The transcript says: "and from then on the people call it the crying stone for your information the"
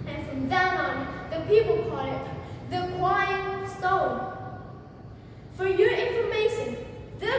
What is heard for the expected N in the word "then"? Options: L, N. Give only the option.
L